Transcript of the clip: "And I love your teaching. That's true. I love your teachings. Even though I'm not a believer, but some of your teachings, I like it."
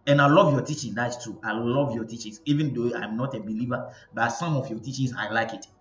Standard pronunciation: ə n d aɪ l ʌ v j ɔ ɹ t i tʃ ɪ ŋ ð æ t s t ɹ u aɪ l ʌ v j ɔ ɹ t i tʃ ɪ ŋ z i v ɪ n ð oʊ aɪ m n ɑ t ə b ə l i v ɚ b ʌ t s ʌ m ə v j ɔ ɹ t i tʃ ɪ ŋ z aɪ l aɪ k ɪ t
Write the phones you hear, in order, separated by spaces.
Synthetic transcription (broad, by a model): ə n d aɪ l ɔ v j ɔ t i tʃ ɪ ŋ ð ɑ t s t u aɪ l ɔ v j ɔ t i tʃ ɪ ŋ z i v ɪ n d oʊ aɪ m n ɑ t ə b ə l i v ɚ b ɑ t s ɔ m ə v j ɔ t i tʃ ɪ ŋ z aɪ l aɪ k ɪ t